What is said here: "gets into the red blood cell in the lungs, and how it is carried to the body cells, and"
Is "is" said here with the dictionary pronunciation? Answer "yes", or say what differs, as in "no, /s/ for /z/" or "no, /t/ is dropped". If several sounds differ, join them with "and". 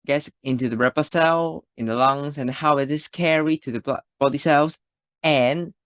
no, /s/ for /z/